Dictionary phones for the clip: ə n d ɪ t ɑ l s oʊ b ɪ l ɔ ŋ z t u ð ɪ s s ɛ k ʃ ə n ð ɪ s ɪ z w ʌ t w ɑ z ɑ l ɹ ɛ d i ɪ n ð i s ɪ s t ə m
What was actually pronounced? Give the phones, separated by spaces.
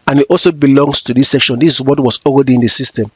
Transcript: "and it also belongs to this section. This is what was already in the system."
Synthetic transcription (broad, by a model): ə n ɪ t ɑ l s oʊ b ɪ l ɔ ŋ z t u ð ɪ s s ɛ k ʃ ə n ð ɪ s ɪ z w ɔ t w ɑ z ɑ l ɹ ɛ d i ɪ n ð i s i s t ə m